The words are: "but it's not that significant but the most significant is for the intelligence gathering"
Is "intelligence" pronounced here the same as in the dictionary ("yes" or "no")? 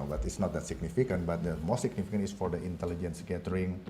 yes